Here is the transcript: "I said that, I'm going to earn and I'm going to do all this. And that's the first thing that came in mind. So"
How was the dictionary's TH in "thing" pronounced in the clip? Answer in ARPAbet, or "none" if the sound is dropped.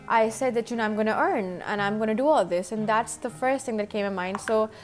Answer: TH